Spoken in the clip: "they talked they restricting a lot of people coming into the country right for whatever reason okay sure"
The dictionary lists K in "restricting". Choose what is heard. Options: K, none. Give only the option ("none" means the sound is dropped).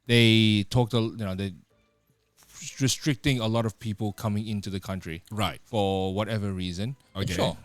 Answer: K